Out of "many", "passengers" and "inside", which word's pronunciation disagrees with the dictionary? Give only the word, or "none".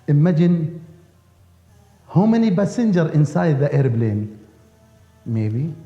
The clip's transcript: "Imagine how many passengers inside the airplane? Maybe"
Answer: passengers